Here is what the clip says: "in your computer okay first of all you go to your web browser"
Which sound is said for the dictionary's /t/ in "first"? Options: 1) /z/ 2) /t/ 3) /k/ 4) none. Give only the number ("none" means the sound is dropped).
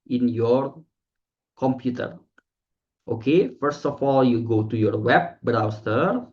2